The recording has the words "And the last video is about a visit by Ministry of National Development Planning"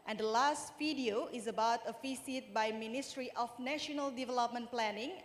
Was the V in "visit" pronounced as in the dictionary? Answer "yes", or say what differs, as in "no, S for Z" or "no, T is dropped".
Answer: no, F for V